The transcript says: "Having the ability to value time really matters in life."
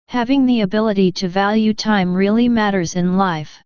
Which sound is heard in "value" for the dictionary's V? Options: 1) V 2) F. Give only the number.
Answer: 1